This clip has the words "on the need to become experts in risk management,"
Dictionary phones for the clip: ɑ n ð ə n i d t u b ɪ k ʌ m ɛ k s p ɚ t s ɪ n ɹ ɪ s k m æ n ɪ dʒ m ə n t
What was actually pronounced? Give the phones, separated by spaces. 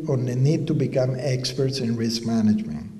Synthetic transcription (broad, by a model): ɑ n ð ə n i d t u b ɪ k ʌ m ɛ k s p ɚ t s ɪ n ɹ ɪ s k m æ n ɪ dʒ m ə n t